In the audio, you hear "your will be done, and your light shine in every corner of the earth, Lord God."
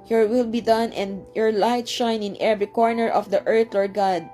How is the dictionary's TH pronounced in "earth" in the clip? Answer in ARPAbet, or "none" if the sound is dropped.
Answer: T